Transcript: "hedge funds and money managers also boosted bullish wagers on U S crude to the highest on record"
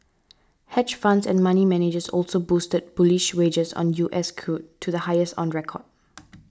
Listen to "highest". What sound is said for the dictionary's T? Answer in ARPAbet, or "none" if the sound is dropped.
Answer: T